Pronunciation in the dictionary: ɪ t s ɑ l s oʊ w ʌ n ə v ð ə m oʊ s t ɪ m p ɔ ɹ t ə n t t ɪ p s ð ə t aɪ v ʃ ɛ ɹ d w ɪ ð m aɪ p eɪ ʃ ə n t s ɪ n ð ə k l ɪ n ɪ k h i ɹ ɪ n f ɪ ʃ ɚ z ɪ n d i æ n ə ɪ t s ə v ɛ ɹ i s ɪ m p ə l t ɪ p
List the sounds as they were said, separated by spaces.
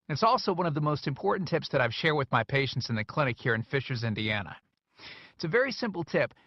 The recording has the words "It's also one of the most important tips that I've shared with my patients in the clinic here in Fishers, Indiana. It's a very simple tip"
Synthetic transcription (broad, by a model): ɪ t s ɑ l s oʊ w ʌ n ə v ð ə m oʊ s t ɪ m p ɔ ɹ t n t t ɪ p s ð ə t aɪ v ʃ ɛ ɹ w ɪ ð m aɪ p eɪ ʃ n t s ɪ n ð ə k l ɪ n ɪ k h i ɹ ɪ n f ɪ ʃ ɚ z ɪ n d i æ n ə ɪ t s ə v ɛ ɹ i s ɪ m p l t ɪ p